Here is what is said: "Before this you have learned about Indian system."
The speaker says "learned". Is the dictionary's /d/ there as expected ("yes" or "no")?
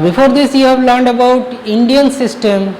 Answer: yes